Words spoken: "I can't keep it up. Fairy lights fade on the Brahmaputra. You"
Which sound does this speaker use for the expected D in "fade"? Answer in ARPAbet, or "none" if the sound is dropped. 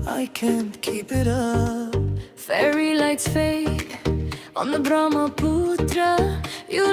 none